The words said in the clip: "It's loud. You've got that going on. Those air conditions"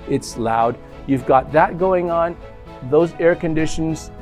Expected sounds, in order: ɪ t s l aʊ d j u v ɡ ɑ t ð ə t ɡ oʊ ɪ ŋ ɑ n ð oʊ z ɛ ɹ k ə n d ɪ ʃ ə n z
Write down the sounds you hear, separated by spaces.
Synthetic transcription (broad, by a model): ɪ t s l aʊ d j u v ɡ ɑ t ð ə t ɡ oʊ ɪ ŋ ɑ n ð oʊ z ɛ ɹ k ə n d ɪ ʃ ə n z